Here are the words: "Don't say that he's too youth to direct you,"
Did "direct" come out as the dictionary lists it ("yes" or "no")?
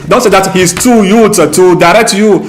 yes